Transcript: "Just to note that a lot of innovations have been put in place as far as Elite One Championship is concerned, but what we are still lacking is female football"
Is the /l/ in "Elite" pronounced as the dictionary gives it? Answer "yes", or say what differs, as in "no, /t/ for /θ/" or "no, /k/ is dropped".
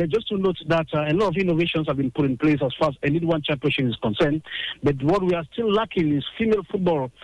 no, /n/ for /l/